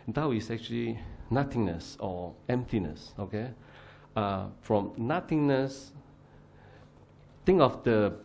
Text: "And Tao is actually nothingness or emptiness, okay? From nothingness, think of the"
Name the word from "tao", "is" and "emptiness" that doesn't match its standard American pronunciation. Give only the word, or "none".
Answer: is